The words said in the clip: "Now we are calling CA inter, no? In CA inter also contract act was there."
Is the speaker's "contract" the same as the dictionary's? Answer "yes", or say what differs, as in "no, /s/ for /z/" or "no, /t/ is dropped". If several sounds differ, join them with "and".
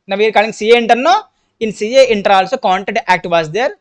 no, /ɹ/ is dropped